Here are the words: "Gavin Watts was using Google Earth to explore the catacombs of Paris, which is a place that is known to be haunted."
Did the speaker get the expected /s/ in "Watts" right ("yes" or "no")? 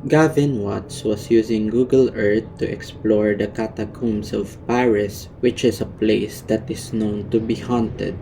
yes